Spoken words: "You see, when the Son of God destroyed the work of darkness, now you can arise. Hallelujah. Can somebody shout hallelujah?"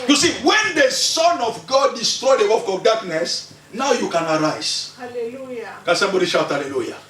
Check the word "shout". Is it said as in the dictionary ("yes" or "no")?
yes